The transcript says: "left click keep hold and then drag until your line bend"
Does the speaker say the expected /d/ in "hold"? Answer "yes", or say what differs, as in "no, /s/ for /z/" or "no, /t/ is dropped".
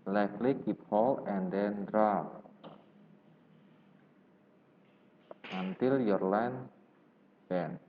no, /d/ is dropped